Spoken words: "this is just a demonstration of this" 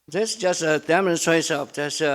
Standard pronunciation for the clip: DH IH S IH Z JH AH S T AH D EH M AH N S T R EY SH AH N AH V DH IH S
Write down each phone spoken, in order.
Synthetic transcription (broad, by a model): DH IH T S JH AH S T AH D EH M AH N S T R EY AH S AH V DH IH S